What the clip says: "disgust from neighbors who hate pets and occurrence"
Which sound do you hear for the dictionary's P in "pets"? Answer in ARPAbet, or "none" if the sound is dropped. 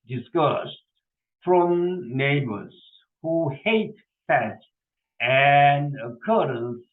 F